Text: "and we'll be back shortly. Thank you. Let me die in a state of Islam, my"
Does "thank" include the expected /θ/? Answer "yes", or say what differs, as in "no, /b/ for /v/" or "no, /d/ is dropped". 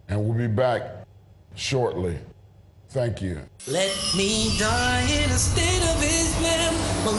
yes